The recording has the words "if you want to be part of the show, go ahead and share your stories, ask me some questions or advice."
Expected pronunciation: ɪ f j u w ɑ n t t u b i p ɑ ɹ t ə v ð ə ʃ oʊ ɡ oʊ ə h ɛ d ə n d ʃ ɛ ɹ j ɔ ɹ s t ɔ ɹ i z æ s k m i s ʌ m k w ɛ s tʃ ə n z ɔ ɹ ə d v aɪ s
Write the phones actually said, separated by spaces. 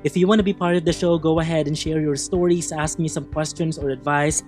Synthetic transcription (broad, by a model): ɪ f j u w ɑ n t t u b i p ɑ ɹ t ə v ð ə ʃ oʊ ɡ oʊ ə h ɛ d ə n d ʃ ɛ ɹ j ɔ ɹ s t ɔ ɹ i s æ s k m i s ʌ m k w ɛ s tʃ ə n s ɔ ɹ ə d v aɪ s